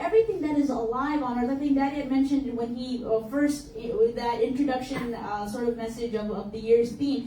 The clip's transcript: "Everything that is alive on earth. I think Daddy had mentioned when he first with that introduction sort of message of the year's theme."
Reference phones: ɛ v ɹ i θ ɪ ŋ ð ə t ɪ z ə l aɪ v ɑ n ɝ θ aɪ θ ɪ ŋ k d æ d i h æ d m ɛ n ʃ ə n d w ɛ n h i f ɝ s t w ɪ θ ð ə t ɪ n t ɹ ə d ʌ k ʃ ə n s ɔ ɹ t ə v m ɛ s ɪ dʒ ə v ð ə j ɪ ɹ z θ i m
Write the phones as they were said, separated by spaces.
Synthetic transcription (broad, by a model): ɛ v ɹ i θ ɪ ŋ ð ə t ɪ z ə l aɪ v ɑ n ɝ t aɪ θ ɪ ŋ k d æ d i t m ɛ n ʃ ə n d w ɛ n h i f ɝ s t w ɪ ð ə t ɪ n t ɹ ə d ʌ k ʃ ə n s ɔ ɹ t ə v m ɛ s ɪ dʒ ə v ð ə j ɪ ɹ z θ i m